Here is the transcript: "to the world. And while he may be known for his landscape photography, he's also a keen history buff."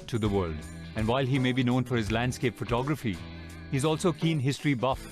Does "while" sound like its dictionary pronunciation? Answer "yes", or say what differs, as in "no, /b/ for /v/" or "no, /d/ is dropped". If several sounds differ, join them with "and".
yes